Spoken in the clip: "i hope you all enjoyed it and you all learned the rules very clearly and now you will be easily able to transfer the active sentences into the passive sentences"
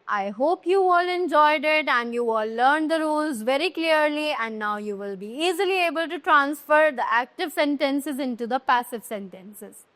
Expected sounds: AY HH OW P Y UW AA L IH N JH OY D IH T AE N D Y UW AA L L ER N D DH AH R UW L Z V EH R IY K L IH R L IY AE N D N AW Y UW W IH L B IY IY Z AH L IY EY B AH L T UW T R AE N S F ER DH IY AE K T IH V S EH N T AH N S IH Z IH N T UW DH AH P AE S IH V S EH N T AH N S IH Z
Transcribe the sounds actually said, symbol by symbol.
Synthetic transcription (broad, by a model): AY HH OW P Y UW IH L IH N JH OY D IH T AE N D Y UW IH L L ER N D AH R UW L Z V EH R IY K L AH R L IY AE N D N AW Y UW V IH L B IY IY Z AH L IY EY B AH L T UW T R AE N S F ER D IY AE K T IH V S EH N T AH N S IH Z IH N T UW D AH P AE S IH V S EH N T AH N S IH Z